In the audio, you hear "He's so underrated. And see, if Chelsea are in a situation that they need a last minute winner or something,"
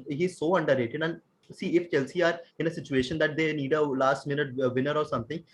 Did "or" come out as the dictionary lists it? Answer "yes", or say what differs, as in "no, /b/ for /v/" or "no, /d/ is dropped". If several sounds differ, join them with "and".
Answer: yes